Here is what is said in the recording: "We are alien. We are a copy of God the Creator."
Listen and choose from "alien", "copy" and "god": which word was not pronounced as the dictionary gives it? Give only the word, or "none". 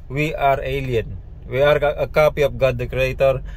none